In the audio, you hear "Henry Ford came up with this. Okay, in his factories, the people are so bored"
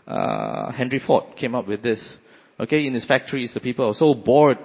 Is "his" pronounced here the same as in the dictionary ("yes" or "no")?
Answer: no